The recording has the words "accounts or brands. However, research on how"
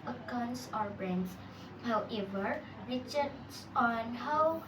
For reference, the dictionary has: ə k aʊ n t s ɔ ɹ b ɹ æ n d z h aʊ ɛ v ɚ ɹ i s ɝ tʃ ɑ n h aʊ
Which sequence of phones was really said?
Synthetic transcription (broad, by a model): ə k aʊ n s ɔ ɹ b ɹ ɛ n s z h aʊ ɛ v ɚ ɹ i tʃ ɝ s ɑ n h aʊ